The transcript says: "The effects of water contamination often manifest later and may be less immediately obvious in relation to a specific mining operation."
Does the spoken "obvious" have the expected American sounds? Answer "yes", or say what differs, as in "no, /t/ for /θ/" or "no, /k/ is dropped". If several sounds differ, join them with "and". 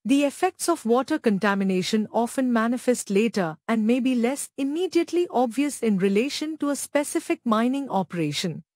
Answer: yes